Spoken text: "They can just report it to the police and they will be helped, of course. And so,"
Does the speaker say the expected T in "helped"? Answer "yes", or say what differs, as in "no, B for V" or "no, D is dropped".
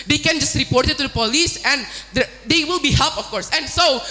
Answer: no, T is dropped